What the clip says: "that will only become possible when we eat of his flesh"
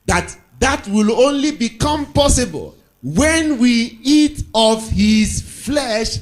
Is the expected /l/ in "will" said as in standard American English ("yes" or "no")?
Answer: yes